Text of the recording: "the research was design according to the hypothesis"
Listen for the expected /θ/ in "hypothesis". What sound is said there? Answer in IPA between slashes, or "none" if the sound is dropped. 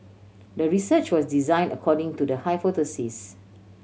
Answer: /t/